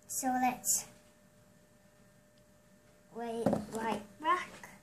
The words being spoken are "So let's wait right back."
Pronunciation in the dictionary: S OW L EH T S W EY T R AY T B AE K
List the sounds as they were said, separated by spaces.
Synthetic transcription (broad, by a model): S OW L EH T S W EY T L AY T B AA K